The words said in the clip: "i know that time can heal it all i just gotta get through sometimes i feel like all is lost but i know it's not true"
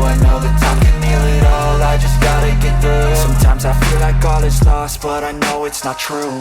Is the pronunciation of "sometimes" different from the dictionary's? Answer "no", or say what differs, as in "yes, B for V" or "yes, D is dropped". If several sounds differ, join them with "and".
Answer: no